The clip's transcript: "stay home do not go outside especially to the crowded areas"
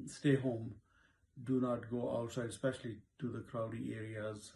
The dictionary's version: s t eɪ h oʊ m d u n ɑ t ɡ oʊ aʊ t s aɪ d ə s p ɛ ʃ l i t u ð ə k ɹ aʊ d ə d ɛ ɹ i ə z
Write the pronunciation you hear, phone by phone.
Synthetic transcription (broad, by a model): s t eɪ h oʊ m d u n ɑ t ɡ oʊ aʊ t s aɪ ə s p ɛ ʃ l i t u ð ə k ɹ aʊ d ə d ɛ ɹ i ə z